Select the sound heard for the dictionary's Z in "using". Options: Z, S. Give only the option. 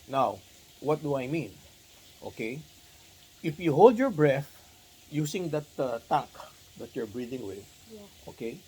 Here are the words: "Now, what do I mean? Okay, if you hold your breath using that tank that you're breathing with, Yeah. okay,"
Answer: S